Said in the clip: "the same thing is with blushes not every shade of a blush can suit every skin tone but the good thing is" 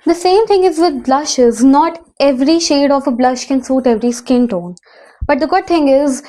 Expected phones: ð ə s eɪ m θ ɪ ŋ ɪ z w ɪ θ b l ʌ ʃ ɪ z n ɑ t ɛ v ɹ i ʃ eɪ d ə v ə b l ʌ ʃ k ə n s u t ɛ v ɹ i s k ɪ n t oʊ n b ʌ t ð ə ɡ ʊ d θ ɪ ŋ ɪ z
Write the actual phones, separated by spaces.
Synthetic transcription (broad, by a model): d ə s eɪ m t ɪ ŋ ɪ z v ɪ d b l ʌ ʃ ɪ z n ɑ t ɛ v ɹ i ʃ eɪ d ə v ə b l ʌ ʃ k ə n s u t ɛ v ɹ i s k ɪ n t oʊ n b ʌ t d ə ɡ ʊ d t ɪ ŋ ɪ z